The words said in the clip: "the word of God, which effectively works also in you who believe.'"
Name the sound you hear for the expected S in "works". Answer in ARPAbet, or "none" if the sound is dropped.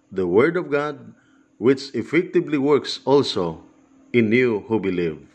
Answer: S